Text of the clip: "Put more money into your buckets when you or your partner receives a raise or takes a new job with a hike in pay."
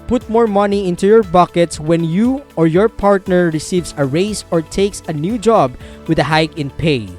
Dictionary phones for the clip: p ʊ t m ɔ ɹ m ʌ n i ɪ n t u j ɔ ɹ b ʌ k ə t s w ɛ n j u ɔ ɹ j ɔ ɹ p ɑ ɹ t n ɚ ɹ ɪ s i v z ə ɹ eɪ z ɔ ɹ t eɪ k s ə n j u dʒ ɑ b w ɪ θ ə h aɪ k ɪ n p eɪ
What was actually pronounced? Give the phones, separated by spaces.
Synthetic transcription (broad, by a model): p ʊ t m ɔ ɹ m ʌ n i ɪ n t u j ɔ ɹ b ʌ k ə t s w ɛ n j u ɔ ɹ j ɔ ɹ p ɑ ɹ t n ɚ ɹ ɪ s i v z ə ɹ eɪ s ɔ ɹ t eɪ k s ə n j u dʒ ɑ b w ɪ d ə h aɪ k ɪ n p eɪ